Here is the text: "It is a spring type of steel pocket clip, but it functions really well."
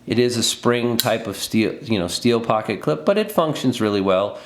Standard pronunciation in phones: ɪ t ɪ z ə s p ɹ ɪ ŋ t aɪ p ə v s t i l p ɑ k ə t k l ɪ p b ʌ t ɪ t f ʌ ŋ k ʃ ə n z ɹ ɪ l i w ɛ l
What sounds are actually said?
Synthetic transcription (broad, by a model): ɪ t ɪ z ə s p ɹ ɪ ŋ t aɪ p ə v s t i l p ɑ k ə t k l ɪ p b ʌ t ɪ t f ʌ ŋ k ʃ ə n z ɹ ɪ l i w ɛ l